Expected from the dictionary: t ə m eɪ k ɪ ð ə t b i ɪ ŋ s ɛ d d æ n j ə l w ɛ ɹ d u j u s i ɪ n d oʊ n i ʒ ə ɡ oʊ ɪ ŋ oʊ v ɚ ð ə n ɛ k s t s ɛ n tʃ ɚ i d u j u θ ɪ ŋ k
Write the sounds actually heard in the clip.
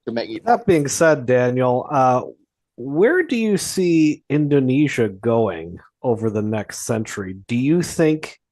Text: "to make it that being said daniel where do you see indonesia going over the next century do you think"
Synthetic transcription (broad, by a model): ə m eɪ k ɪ ð ə t b i ɪ ŋ s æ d d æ n j ə w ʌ ɹ d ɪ j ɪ s i ɪ n d oʊ n i ʒ ə ɡ oʊ ɪ ŋ oʊ v ɚ ð ə n ɛ k s t s ɛ n tʃ ɚ i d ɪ j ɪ θ ɪ ŋ k